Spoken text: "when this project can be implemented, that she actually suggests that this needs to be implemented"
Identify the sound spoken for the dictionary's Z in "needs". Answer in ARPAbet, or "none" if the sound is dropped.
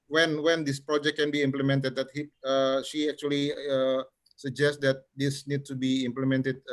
none